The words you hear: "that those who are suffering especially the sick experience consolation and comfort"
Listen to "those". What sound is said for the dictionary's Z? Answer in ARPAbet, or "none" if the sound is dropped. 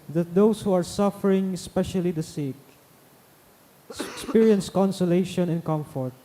S